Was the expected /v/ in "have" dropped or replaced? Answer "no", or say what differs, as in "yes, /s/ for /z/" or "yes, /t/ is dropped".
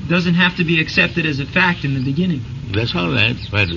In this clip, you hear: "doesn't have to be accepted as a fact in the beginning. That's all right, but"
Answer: yes, /f/ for /v/